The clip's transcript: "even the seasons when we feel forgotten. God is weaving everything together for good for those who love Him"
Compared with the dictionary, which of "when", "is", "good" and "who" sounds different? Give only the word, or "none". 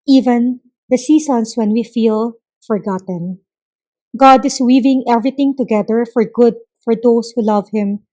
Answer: is